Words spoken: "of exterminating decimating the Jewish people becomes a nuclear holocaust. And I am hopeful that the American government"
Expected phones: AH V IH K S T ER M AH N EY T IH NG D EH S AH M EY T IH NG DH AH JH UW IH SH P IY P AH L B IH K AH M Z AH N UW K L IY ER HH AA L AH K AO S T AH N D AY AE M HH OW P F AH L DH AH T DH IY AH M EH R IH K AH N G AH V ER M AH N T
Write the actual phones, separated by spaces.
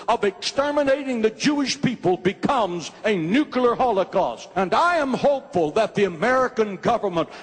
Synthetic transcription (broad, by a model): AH V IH K S T ER M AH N EY IH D T IH NG DH AH JH UW IH SH P IY P AH L B IH K AH M Z AH N UW K L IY ER HH AA L AH K AO S T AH N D AY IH M HH OW P F AH L DH AH T DH IY AH M EH R IH K AH N G AH V ER M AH N T